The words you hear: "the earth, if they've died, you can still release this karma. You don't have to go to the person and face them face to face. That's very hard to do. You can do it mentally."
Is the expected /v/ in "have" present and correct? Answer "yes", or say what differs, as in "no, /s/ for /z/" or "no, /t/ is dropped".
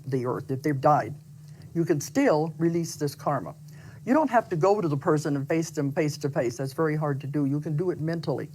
no, /f/ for /v/